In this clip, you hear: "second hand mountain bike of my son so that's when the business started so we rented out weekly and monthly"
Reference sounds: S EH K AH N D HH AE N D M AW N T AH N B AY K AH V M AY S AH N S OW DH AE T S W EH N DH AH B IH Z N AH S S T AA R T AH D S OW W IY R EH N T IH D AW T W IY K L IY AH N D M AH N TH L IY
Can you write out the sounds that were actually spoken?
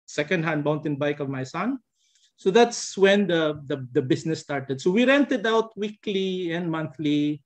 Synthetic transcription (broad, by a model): S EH K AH N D HH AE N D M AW N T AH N B AY K AH V M AY S AH N S OW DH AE T S W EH N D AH B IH S N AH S S T AA R T AH D S OW W IY R EH N T IH D AW T W IY K L IY AH N D M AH N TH L IY